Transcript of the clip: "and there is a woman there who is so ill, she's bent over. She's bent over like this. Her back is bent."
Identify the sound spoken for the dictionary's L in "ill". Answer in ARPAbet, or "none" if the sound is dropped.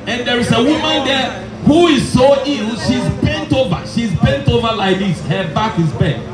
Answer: N